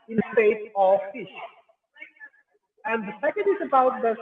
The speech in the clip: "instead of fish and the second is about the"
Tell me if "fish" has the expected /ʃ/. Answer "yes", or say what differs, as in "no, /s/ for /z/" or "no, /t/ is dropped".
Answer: yes